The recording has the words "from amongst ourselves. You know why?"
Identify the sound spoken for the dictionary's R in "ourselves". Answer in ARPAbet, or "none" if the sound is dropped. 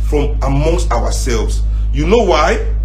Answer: W